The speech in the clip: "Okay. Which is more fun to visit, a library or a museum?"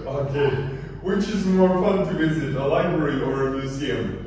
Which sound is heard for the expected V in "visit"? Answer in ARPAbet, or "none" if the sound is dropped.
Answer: V